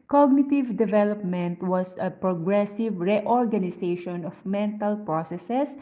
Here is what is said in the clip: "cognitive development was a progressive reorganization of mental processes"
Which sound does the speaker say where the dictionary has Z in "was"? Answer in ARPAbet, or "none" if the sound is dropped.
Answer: S